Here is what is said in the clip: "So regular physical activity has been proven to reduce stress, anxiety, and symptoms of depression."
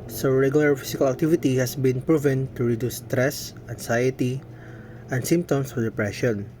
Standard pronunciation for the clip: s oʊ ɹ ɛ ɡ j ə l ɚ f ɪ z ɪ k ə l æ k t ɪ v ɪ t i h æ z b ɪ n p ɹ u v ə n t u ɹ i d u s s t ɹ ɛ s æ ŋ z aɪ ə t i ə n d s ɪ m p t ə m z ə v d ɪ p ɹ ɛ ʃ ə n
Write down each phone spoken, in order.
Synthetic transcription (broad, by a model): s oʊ ɹ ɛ ɡ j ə l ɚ f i s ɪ k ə l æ k t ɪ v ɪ t i h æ s b ɪ n p ɹ u v ə n t u ɹ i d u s s t ɹ ɛ s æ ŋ s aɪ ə t i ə n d s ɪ m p t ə m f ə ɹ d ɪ p ɹ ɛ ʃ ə n